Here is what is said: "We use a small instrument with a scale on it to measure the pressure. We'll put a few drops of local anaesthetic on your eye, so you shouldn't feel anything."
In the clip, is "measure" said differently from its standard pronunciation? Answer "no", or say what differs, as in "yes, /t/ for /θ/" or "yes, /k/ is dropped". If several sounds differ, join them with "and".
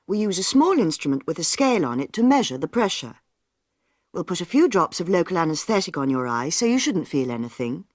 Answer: no